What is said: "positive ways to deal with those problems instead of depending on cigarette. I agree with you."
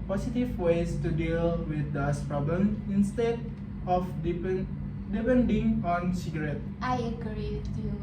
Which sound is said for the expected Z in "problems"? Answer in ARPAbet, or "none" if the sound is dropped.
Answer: none